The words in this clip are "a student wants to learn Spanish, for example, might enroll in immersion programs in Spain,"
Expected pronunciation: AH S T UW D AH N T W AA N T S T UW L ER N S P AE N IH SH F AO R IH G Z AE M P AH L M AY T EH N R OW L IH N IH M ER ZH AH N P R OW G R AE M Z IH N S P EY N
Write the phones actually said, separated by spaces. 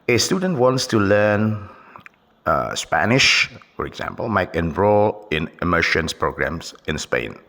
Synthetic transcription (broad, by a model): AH S T UW D AH N T W AA N T S T UW L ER N S P AE N IH SH F AO R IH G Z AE M P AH L M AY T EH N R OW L IH N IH M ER SH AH N P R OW G R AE M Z IH N S P EY N